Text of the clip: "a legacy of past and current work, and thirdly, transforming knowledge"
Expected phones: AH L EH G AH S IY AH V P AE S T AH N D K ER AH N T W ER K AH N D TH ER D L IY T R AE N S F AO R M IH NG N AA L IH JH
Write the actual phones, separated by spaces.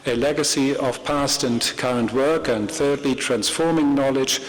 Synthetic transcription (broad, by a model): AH L EH G AH S IY AH V P AE S T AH N K ER AH N T W ER K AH N TH ER D L IY T R AE N S F AO R M IH NG N AA L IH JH